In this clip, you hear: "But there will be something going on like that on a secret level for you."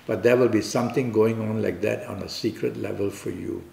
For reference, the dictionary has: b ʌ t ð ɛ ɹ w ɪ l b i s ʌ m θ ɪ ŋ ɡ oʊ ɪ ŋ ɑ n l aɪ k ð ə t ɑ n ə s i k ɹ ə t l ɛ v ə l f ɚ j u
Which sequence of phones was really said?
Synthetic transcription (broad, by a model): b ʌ t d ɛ w ɪ l b i s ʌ m t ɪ ŋ ɡ oʊ ɪ ŋ ɑ n l aɪ k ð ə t ɑ n ə s i k ɹ ə t l ɛ v ə l f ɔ j u